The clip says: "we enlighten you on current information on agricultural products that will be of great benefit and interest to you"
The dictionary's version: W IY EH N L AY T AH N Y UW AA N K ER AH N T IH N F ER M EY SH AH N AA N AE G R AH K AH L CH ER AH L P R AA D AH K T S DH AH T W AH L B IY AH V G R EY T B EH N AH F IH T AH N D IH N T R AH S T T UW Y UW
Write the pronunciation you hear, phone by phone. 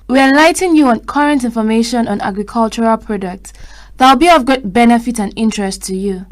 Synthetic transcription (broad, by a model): W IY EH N L AY T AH N Y UW AA N K ER AH N T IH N F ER M EY SH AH N AA N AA G R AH K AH L CH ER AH L P R AA D AH K T S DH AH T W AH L B IY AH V G EY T B EH N AH F IH T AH N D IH N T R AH S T T UW Y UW